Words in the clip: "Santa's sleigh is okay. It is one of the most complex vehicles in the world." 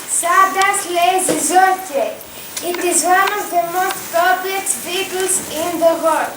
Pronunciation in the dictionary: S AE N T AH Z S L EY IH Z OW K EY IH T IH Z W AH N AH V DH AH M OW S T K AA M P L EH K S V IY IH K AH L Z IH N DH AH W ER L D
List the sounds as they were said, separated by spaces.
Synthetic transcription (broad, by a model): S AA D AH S L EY IH Z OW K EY IH T IH Z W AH N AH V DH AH M OW S T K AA P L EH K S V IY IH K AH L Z IH N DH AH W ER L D